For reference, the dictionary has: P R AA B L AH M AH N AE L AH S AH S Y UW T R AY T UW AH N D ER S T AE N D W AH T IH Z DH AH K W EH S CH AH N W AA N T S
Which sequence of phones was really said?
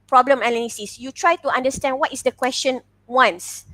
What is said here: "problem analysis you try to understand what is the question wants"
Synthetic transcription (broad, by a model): P R AA B L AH M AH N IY N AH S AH S Y UW T R AY T UW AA N D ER S T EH N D W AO T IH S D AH K W EH S CH AH N W AA N S